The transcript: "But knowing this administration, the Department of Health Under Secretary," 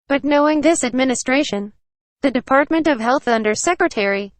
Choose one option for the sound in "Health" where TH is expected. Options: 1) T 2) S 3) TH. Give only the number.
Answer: 3